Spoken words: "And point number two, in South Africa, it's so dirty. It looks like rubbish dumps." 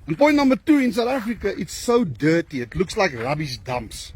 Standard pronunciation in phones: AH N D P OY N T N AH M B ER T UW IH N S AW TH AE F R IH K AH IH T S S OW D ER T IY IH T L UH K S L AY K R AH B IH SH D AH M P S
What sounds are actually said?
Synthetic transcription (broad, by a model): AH N P OY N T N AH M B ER T UW IH N S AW T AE F R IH K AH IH T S S OW D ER T IY IH T L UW K S L AY K R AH B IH S D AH M P S